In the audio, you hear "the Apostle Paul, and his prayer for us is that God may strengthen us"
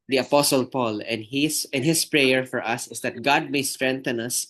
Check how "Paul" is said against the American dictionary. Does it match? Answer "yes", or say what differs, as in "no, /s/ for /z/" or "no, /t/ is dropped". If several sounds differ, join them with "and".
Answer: yes